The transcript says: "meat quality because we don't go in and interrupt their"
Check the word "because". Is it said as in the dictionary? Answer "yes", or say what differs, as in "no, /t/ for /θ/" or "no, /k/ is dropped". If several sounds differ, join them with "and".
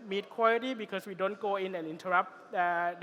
no, /s/ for /z/